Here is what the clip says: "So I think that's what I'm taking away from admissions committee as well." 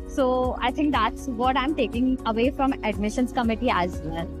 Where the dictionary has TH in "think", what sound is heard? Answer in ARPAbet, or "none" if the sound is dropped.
T